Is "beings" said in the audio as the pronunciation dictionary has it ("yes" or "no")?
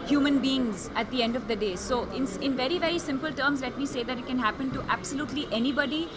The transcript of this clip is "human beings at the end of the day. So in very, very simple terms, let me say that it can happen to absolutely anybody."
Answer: yes